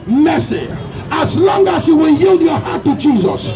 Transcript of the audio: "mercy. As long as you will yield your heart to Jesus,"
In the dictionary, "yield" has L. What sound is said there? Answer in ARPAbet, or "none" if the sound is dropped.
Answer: L